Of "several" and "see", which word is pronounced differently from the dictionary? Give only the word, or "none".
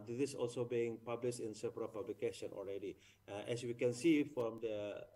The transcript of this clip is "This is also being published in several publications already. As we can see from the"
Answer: several